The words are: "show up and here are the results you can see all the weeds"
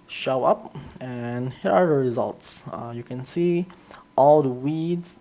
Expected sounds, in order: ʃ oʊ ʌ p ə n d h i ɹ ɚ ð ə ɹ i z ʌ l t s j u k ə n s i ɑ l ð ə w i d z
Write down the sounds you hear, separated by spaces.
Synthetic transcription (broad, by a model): ʃ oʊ ʌ p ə n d h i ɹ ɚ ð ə ɹ i z ʌ l t s j u k ə n s i ɑ l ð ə w i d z